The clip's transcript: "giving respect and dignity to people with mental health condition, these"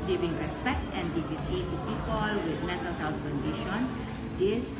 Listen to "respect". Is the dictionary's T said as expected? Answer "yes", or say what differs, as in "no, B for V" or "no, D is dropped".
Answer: yes